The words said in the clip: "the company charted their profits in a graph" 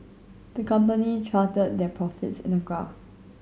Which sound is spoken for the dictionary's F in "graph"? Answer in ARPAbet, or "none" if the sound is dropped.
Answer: none